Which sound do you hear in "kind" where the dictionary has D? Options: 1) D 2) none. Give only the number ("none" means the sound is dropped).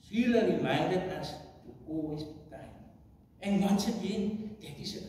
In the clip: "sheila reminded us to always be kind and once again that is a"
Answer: 2